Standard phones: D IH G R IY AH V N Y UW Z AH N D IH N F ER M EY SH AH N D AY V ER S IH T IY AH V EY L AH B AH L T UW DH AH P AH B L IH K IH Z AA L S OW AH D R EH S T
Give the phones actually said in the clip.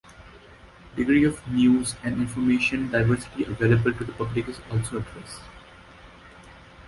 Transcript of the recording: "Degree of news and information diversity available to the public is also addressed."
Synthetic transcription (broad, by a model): D IH G R IY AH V N Y UW Z AH N D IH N F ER M EY SH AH N D AY V ER S IH T IY AH V EY L AH B AH L T UW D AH P AH B L IH K IH Z AA L S OW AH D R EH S